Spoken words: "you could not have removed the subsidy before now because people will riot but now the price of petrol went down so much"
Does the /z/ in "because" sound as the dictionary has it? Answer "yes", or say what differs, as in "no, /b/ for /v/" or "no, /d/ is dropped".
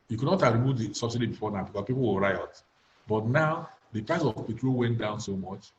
no, /s/ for /z/